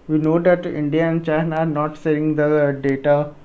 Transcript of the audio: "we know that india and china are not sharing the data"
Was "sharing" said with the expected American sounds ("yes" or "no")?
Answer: no